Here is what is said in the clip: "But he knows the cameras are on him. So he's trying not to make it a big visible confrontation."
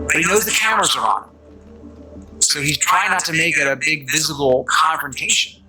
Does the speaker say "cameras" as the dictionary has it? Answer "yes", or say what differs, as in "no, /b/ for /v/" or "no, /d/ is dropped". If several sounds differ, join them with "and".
yes